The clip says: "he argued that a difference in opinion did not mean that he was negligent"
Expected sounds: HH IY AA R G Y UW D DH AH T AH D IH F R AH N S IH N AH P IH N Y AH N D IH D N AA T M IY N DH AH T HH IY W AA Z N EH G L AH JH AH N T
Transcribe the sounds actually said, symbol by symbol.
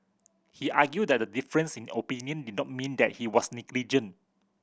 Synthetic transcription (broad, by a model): HH IY AA G Y UW D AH T AH D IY F R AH N S IH N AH P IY N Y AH N D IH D N AA T M IY N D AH T HH IY W AA S N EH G L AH JH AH N